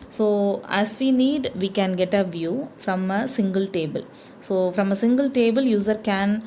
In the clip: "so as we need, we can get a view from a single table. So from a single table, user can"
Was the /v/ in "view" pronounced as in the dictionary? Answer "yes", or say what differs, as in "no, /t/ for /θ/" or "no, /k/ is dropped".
yes